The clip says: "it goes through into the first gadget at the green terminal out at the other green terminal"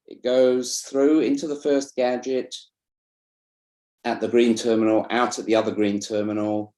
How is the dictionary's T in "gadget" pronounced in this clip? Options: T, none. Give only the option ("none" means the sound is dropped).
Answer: T